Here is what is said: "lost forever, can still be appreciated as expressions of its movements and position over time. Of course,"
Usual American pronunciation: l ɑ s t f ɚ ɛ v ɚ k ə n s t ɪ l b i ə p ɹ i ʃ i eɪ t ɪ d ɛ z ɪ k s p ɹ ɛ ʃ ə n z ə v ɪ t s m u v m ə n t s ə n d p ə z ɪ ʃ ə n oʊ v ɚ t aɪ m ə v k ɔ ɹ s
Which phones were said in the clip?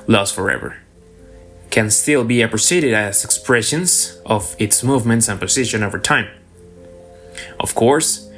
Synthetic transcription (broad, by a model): l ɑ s f ɚ ɛ v ɚ k ə n s t ɪ l b i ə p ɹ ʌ s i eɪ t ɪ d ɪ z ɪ k s p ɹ ɛ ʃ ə n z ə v ɪ t s m u v m ə n t s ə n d p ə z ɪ ʃ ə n oʊ v ɚ t aɪ m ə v k ɔ ɹ s